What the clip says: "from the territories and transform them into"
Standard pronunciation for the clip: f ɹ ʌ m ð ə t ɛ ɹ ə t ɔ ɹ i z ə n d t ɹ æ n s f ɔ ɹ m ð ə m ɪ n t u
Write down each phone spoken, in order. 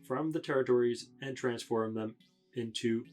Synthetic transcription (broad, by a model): f ɹ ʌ m ð ə t ɛ ɹ ə t ɔ ɹ i z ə n t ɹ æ n s f ɔ ɹ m ð ə m ɪ n t u